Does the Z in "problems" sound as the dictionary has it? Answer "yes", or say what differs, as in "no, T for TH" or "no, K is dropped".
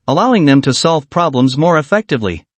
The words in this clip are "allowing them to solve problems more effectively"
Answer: yes